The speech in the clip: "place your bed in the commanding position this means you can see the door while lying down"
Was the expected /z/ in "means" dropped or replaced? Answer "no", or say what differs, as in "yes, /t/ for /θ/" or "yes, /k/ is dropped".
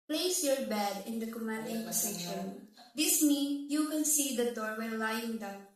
yes, /z/ is dropped